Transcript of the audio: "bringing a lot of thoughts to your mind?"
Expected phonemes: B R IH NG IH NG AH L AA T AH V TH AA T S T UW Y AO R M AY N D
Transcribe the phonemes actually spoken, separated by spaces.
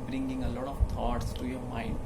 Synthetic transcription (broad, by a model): B R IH NG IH NG AH L AA T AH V T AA T S T UW Y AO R M AY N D